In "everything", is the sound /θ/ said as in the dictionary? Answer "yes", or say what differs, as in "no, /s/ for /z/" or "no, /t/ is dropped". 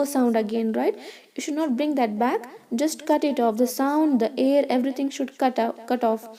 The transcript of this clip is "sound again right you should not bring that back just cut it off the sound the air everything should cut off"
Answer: no, /t/ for /θ/